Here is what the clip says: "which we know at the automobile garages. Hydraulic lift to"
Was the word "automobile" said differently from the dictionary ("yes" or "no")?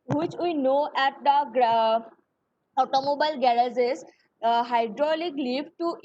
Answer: no